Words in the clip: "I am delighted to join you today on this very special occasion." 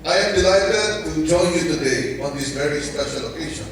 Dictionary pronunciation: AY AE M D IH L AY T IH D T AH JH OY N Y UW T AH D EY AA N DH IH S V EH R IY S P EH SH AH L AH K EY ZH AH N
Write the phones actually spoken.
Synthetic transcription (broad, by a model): AY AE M D IH L AY T IH D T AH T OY L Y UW T AH D EY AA N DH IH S V EH R IY S P EH SH AH L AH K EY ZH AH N